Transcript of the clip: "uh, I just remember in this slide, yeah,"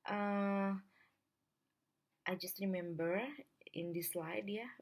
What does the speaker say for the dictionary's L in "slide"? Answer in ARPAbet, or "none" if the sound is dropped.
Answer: L